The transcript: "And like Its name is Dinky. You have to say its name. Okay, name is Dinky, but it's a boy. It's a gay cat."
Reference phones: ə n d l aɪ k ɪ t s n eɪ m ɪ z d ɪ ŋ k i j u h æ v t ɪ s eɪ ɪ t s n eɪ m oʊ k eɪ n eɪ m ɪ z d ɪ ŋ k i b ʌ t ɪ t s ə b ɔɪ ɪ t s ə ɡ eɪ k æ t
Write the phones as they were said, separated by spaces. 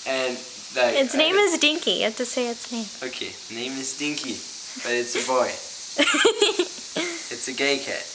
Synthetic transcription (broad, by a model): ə n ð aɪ ɪ t s n eɪ m ɪ z d ɪ ŋ k i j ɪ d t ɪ s eɪ ɪ t s n eɪ m oʊ k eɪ n eɪ m ɪ z d ɪ ŋ k i b ʌ t ɪ t s ə b ɔɪ ɪ t s ə ɡ eɪ k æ t